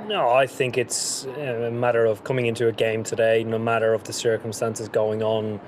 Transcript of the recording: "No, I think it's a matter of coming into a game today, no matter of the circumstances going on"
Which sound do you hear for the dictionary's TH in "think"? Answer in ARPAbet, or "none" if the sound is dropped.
TH